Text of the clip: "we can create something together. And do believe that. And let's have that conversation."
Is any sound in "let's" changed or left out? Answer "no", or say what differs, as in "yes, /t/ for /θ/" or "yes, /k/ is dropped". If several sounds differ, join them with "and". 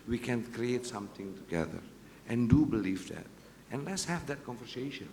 no